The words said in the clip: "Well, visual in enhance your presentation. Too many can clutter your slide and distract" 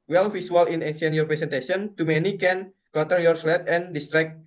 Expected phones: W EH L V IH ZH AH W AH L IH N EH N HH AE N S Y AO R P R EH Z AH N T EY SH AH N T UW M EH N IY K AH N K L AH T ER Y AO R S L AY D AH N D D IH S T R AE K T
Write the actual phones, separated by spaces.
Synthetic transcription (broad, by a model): W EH L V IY S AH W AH L IH N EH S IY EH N Y AO R P R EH S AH N T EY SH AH N T UW M EH N IY K AH N K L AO T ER Y AO R S L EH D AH N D D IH S T R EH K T